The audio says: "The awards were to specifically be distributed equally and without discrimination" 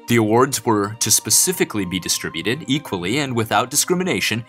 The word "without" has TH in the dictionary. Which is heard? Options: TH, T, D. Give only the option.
TH